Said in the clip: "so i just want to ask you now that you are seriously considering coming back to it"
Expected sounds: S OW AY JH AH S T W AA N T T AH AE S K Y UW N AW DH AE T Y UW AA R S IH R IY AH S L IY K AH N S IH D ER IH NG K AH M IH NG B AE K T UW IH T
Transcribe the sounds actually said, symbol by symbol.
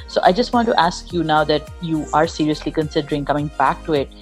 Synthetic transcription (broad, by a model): S OW AY JH AH S T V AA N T T AE S K Y UW N AW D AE T Y UW AA R S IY R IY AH S L IY K AH N S IH D ER IH NG K AH M IH NG B AE K T UW IH T